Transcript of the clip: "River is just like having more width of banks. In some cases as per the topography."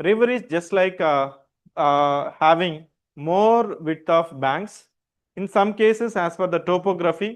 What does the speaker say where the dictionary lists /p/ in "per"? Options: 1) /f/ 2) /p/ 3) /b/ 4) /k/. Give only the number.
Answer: 1